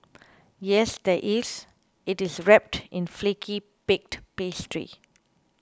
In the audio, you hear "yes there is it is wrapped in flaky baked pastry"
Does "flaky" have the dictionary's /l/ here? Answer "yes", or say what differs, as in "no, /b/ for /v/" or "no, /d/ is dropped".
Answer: yes